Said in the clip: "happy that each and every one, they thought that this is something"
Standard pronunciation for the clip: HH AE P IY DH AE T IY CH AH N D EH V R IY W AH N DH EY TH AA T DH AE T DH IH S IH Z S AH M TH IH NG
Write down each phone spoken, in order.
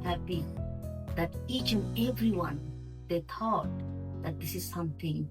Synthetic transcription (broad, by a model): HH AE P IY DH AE T IY CH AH N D EH V R IY W AH N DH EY T AA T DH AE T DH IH S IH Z S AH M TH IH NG